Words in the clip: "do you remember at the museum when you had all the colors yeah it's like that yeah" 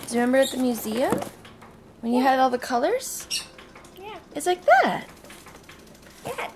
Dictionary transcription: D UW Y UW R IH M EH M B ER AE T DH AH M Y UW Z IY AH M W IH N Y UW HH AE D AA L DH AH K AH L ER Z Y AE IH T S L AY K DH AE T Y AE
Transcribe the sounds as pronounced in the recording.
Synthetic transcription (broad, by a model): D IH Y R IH M EH M B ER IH T DH AH M Y UW Z IY AH M W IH N Y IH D AA L DH AH K AH L ER Z Y AE IH T S L AY K DH AE T Y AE